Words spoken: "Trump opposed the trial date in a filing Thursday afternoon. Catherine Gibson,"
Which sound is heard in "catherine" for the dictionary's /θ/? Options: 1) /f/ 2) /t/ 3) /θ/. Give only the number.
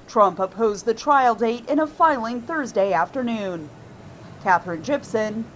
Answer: 3